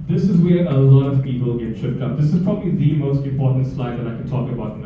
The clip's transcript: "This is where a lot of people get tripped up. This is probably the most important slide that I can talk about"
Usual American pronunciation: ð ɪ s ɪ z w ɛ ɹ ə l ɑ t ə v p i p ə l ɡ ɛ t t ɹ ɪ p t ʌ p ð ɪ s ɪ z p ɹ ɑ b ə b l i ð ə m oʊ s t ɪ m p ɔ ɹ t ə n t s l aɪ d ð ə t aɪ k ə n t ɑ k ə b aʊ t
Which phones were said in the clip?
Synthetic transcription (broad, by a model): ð ɪ s ɪ z w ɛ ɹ ə l ɑ t ə v p i p ə l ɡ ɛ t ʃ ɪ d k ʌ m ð ɪ s ɪ z p ɹ ɑ b ə b l i ð ə m oʊ s t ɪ m p ɔ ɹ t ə n t s l aɪ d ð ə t aɪ k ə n t ɑ k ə b aʊ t